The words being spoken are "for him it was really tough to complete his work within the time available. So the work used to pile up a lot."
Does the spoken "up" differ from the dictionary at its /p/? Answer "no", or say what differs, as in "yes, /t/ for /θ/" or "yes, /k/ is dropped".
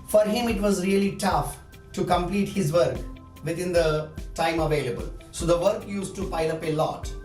no